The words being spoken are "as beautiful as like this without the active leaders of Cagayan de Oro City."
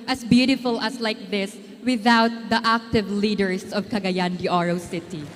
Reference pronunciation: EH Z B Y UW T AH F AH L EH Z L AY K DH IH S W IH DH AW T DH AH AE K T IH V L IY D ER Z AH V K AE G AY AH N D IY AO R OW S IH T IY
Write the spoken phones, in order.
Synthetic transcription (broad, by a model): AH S B Y UW T AH F AH L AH S L AY K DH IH S W IH DH AW T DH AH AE K T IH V L IY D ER S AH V K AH G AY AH N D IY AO R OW S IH T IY